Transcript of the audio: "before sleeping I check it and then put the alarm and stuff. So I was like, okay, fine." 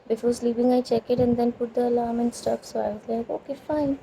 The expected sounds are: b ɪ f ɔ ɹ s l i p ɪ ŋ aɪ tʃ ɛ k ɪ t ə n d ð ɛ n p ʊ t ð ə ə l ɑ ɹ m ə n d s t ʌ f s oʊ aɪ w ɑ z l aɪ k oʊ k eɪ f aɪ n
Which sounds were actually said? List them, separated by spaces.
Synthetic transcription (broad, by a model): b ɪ f ɔ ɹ s l i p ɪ ŋ aɪ tʃ ɛ k ɪ t ə n d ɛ n p ʊ t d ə ə l ɑ ɹ m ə n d s t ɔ p s oʊ aɪ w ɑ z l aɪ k oʊ k eɪ f aɪ n